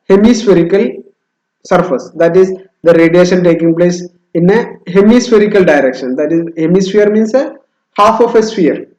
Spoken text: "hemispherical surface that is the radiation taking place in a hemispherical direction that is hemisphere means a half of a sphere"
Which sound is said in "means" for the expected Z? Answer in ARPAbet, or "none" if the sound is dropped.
S